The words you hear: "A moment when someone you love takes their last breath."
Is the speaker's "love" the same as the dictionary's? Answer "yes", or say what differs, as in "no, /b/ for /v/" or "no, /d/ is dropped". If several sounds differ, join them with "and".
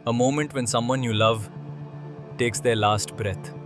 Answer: yes